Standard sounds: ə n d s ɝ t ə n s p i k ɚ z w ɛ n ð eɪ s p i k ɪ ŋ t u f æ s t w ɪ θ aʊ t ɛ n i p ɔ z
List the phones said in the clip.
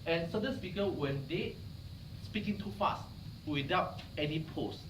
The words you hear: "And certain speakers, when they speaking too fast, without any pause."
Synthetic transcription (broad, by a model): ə n s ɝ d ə n s p i k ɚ w ɛ n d eɪ s p i k ɪ ŋ t u f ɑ s t w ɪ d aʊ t ɛ n i p ɔ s